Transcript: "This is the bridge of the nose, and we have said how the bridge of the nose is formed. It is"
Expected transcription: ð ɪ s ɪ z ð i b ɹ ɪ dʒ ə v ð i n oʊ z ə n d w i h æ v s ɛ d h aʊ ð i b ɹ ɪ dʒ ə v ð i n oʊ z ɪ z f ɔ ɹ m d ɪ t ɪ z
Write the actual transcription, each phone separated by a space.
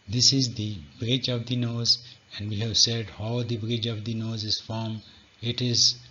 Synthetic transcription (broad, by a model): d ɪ s ɪ z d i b ɹ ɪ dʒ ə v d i n oʊ z ə n d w i h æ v s ɛ d h aʊ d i b ɹ ɪ dʒ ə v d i n oʊ z ɪ z f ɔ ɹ m ɪ t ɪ z